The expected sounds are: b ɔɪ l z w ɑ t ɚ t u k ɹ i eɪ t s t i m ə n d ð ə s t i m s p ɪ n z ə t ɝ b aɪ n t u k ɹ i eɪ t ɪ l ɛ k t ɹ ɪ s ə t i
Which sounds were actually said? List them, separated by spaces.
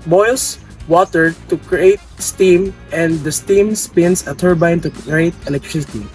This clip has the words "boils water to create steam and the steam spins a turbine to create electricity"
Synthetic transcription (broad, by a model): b ɔɪ l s w ɑ t ɚ t u k ɹ i eɪ t s t i m ə n d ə s t i m s p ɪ n s ə t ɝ b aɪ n t u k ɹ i eɪ t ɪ l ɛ k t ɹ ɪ s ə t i